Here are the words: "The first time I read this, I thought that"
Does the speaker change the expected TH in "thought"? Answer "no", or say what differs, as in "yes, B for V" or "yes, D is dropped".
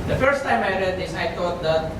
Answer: yes, T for TH